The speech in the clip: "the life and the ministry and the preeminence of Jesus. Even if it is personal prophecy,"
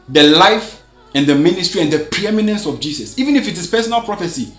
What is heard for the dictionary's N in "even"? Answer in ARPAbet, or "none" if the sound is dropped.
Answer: N